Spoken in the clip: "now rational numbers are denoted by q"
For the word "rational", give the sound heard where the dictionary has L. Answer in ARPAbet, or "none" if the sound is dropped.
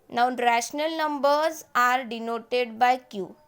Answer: L